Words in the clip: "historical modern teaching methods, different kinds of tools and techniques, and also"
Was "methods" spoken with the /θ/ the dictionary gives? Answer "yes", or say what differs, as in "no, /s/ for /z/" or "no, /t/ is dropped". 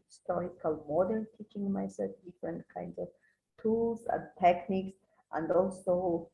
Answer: no, /s/ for /θ/